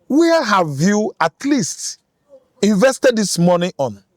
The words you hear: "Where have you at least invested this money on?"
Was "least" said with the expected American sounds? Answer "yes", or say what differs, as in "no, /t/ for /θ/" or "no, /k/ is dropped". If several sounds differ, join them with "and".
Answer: yes